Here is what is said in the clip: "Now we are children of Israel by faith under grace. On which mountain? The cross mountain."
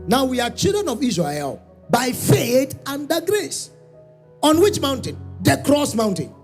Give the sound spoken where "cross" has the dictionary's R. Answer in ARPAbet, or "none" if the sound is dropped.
R